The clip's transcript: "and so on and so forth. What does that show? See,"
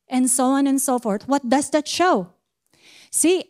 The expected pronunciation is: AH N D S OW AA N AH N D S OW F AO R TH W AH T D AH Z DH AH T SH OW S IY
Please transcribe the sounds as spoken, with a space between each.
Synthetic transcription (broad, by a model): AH N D S OW AA N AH N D S OW F AO R TH W AH T D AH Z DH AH T SH OW S IY